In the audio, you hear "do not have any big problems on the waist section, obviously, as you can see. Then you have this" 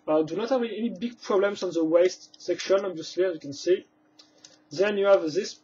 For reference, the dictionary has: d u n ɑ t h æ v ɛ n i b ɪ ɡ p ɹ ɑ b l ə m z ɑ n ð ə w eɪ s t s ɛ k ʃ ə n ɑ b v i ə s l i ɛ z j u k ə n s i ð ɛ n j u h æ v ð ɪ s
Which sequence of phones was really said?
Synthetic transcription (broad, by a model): d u n ɑ t h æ v ɛ n i b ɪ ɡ p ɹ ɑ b l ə m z ɑ n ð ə w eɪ s t s ɛ k ʃ ə n ɑ b v i ə s l i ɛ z j u k ə n s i ð ɛ n j u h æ v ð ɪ s